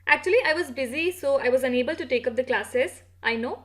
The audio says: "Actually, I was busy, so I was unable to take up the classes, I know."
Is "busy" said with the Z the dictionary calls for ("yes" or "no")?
yes